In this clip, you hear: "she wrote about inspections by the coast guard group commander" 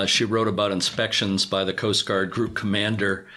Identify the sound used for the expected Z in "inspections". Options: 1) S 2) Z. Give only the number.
2